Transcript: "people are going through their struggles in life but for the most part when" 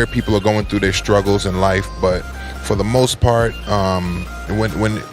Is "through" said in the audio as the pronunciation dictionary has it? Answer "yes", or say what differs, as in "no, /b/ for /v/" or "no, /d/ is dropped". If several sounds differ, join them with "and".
yes